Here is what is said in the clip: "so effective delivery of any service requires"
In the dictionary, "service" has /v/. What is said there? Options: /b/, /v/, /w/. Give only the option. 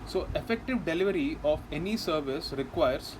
/v/